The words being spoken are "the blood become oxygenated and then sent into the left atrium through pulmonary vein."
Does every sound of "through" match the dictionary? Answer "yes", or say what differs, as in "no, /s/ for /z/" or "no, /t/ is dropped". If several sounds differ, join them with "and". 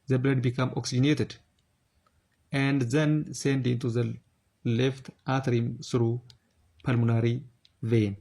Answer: no, /s/ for /θ/